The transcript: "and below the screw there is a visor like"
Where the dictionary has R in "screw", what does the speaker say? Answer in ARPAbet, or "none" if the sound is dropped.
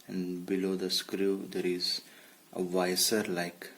R